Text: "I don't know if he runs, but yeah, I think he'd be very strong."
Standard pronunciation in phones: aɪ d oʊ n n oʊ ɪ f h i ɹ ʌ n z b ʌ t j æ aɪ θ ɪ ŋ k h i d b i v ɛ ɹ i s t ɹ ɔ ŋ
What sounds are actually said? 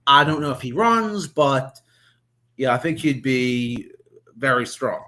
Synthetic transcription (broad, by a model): aɪ d oʊ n n oʊ ɪ f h i ɹ ʌ n z b ʌ t j æ aɪ θ ɪ ŋ k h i d b i v ɛ ɹ i s t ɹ ɔ ŋ